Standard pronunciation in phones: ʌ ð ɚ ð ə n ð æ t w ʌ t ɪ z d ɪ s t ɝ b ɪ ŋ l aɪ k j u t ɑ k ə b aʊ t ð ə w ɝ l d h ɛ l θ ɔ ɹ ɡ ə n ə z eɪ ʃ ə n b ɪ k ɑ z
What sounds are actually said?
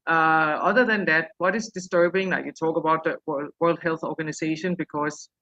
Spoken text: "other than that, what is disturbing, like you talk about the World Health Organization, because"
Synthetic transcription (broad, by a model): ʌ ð ɚ ð ə n ð æ t w ʌ t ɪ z d ɪ s t ɝ b ɪ ŋ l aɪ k j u t ɑ k ə b aʊ t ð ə w ɝ l d h ɛ l θ ɔ ɹ ɡ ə n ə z eɪ ʃ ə n b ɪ k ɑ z